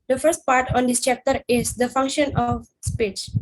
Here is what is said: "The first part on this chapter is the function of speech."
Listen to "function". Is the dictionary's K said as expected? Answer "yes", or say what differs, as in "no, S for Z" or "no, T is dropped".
yes